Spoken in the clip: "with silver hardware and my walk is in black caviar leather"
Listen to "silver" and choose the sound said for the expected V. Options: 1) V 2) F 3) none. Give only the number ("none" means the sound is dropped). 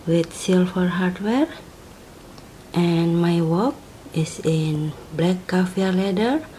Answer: 2